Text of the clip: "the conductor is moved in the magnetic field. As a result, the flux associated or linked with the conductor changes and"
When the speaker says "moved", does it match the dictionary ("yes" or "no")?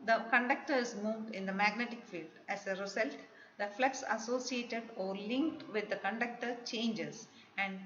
yes